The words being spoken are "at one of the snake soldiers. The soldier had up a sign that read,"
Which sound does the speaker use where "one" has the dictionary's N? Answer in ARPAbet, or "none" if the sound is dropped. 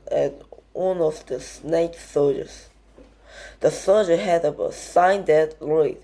N